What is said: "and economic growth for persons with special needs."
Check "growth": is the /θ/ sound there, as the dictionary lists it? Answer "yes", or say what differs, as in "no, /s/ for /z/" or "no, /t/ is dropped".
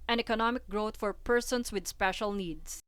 no, /t/ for /θ/